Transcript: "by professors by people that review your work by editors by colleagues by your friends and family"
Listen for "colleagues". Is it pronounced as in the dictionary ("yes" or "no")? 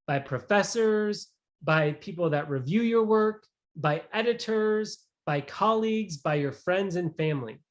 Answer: yes